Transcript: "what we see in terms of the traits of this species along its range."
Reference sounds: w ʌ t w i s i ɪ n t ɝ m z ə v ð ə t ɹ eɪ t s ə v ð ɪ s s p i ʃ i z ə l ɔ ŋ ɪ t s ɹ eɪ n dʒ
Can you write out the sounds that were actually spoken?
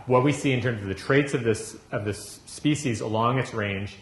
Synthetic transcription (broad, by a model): w ʌ t w i s i ɪ n t ɝ m z ə v ð ə t ɹ eɪ t s ə v ð ɪ s s p i ʃ i z ə l ɔ ŋ ɪ t s ɹ eɪ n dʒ